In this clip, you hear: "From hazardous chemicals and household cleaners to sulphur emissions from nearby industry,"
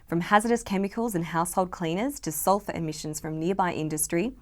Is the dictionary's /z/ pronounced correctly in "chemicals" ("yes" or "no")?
yes